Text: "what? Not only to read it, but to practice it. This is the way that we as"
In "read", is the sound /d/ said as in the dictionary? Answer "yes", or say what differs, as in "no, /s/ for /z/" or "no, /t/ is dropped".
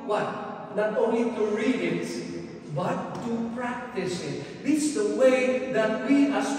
no, /d/ is dropped